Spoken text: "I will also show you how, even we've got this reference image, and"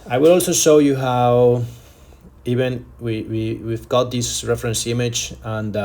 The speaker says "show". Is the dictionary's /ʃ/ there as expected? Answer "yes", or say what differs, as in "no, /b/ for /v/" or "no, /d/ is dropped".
yes